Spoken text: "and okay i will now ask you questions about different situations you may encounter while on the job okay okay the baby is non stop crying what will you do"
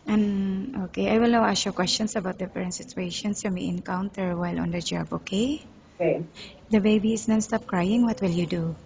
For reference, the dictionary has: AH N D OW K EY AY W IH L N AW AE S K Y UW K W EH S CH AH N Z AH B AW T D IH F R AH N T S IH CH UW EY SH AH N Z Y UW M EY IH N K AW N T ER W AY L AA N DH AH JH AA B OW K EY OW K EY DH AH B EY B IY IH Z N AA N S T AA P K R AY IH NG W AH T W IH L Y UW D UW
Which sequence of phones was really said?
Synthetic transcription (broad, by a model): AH N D OW K EY AY W IH L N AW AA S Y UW K W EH S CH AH N S AH B AW T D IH P R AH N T S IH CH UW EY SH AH N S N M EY IH N K AW N T ER W AY L AA N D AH JH AA B OW K EY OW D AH B EY B IY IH S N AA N S T AA P K R AY IH NG W AH T W IH L Y UW D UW